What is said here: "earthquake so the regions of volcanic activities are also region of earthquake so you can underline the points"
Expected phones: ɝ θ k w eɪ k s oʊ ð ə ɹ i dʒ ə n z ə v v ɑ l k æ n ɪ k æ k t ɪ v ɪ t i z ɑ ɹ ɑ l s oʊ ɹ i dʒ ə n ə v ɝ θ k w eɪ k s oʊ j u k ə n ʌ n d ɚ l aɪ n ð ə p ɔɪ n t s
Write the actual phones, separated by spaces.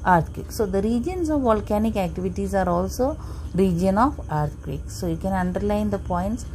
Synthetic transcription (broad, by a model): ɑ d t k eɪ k s oʊ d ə ɹ i dʒ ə n s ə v v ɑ l k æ n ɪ k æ k t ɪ v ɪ t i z ɑ ɹ ɑ l s oʊ ɹ i dʒ ə n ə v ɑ t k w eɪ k s oʊ j u k ə n ʌ n d ɚ l aɪ n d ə p ɔɪ n t s